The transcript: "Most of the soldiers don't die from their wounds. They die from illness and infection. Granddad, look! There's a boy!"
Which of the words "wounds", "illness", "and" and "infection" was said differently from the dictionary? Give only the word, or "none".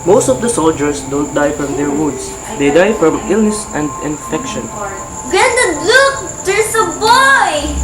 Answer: wounds